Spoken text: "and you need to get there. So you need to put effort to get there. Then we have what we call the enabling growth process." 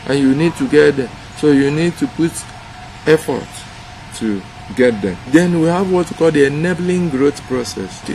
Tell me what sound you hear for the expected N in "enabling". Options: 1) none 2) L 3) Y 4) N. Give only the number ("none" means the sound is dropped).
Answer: 4